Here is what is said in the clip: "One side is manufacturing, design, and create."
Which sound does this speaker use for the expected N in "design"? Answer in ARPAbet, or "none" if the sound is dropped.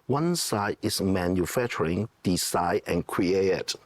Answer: none